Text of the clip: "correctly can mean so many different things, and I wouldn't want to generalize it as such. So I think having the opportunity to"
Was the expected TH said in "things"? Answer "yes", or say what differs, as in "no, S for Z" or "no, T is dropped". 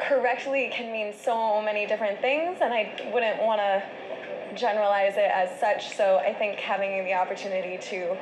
yes